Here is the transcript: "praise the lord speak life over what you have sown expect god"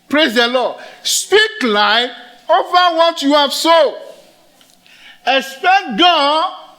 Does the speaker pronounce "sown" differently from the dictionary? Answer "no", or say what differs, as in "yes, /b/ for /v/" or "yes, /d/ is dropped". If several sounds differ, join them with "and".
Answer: yes, /n/ is dropped